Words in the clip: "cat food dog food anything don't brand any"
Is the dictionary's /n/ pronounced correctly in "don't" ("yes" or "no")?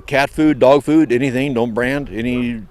yes